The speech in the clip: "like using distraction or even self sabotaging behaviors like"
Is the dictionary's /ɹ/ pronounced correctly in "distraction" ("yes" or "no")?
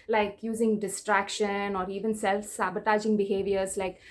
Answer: yes